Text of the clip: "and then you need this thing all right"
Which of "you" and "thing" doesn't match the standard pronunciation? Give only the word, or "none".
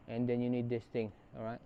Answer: thing